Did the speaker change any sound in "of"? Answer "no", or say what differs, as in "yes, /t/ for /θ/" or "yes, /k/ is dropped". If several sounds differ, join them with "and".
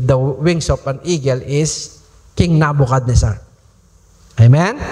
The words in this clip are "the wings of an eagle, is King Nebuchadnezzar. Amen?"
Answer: yes, /p/ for /v/